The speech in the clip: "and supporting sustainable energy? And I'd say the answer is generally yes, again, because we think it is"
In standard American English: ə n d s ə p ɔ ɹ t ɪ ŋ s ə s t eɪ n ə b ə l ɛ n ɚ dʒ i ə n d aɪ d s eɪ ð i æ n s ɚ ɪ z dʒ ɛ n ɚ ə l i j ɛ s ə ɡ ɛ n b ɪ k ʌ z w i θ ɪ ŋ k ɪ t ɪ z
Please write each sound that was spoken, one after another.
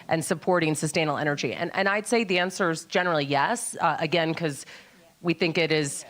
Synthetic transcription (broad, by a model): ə n s ə p ɔ ɹ t ɪ ŋ s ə s t eɪ ə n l ɛ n ɚ dʒ i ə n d aɪ d s eɪ ð i æ n s ɚ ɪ z dʒ ɛ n ɚ l i j ɛ s ə ɡ ɛ n k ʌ z w i θ ɪ ŋ k ɪ t ɪ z